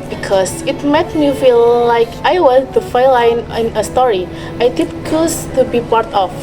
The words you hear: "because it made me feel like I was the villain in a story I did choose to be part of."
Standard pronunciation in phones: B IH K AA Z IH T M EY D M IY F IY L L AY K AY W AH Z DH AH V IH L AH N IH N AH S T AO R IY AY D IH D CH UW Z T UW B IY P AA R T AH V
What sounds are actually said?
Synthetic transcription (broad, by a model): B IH K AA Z IH T M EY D M IY F IY L L AY K AY W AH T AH F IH L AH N IH N AH S T AO R IY AY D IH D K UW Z T UW B IY P AA R T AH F